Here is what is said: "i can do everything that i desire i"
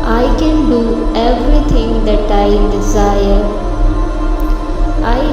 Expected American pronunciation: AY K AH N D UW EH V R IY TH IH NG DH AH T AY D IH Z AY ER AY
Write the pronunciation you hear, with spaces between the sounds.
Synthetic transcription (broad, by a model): AY K AH N D UW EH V R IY T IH NG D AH T AY D IH Z AY ER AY